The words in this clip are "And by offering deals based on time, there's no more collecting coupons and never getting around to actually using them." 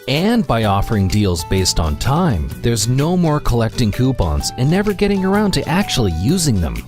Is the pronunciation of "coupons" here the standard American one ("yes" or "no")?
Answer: no